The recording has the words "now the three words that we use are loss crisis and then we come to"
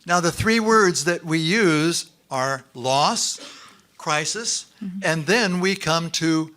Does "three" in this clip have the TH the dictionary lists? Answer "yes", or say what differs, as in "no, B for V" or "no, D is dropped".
yes